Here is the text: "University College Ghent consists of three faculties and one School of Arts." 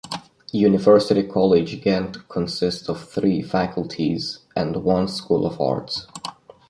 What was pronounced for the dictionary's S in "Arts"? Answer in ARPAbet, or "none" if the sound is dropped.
S